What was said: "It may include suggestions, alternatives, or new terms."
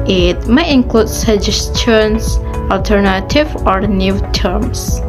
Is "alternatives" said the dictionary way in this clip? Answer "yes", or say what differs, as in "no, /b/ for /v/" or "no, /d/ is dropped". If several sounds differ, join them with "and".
no, /z/ is dropped